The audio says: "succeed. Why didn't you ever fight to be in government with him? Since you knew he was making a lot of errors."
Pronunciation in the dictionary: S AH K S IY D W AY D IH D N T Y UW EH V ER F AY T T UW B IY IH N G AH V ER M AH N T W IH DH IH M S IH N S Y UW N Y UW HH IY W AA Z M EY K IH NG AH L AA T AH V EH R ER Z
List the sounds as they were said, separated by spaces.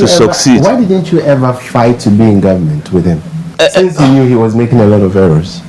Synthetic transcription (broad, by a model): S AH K S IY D W AY D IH D N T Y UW EH V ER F AY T T UW B IY IH N G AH V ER M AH N T W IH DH IH M S IH N S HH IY N Y UW HH IY W AA Z M EY K IH NG AH L AA T AH V EH R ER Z